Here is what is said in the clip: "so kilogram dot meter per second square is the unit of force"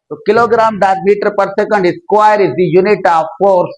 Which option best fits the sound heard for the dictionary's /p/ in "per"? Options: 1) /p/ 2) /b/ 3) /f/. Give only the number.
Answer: 1